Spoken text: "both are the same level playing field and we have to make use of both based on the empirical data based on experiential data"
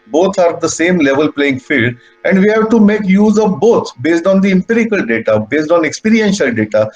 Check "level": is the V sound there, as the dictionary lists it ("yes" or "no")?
yes